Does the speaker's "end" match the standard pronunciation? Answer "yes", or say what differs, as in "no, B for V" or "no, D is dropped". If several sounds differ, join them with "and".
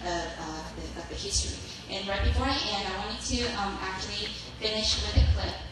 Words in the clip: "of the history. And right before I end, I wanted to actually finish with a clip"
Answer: no, D is dropped